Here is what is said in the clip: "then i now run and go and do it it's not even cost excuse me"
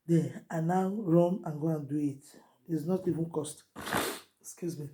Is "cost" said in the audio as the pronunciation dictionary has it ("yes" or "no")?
yes